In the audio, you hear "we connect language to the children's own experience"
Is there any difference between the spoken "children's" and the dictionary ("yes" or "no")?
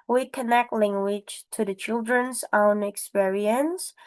no